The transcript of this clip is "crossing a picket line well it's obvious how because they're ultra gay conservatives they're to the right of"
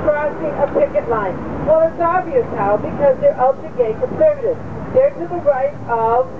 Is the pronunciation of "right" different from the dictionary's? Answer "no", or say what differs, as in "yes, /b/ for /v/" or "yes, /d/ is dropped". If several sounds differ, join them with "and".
no